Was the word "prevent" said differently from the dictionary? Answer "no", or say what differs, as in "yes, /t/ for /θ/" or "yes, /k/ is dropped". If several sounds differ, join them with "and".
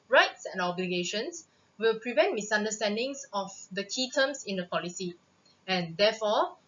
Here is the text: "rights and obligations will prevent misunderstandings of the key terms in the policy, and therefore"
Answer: no